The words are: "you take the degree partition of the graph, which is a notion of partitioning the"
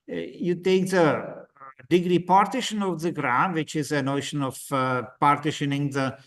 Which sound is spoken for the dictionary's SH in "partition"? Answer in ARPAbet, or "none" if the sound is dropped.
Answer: SH